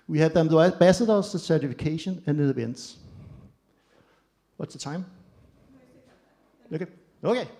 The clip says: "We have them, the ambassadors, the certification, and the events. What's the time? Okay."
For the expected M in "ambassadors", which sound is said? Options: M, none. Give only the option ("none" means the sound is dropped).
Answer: none